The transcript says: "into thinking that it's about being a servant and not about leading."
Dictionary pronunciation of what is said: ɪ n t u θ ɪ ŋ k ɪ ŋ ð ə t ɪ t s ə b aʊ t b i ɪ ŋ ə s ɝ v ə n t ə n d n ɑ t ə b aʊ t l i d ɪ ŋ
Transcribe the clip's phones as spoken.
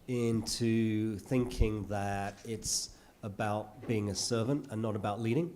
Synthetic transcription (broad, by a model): ɪ n t u θ ɪ ŋ k ɪ ŋ ð ə t ɪ t s ə b aʊ t b i ɪ ŋ ə s ɝ v ə n t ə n n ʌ t ə b aʊ t l i d ɪ ŋ